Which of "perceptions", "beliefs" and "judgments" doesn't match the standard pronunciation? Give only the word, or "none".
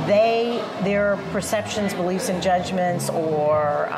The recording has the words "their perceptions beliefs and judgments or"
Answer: none